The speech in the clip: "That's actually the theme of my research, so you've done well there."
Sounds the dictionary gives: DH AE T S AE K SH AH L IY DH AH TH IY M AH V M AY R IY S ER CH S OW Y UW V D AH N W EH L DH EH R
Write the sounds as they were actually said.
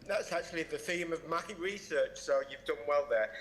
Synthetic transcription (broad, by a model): DH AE T S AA K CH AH L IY DH AH TH IY M AH V M AY R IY S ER CH S OW Y UW V D AH N W EH L DH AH R